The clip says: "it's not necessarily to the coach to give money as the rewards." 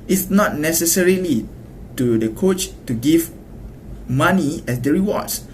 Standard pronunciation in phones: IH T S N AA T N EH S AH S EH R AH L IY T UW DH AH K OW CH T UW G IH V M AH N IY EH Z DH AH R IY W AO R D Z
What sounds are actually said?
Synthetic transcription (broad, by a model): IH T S N AA T N EH S AH S EH R AH L IY T UW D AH K OW CH T UW G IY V M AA N IY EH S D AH R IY W AO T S